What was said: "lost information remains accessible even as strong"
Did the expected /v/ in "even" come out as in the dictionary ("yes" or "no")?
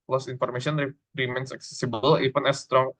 no